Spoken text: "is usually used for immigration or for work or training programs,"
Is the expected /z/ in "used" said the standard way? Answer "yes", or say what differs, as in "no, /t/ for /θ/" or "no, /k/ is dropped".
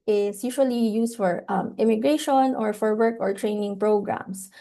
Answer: no, /s/ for /z/